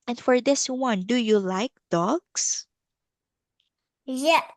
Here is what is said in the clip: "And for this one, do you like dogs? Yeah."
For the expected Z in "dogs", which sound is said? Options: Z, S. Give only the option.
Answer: S